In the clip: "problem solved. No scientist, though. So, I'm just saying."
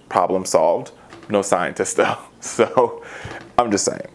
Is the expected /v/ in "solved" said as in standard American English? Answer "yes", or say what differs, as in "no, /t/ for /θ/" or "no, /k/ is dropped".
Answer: yes